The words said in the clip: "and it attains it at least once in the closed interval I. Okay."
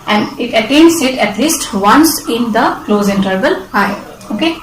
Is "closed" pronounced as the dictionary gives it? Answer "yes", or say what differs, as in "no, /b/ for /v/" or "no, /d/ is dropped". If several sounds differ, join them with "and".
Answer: no, /d/ is dropped